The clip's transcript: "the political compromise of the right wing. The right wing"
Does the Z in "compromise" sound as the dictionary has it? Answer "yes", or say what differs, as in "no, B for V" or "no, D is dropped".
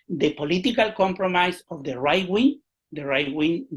no, S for Z